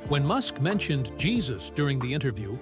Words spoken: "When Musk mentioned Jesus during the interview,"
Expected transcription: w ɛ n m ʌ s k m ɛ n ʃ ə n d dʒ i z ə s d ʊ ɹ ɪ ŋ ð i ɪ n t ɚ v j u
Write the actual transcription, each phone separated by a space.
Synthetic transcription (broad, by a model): w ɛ n m ʌ s k m ɛ n ʃ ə n dʒ i z ə s d ʊ ɹ ɪ ŋ ð i ɪ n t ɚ v j u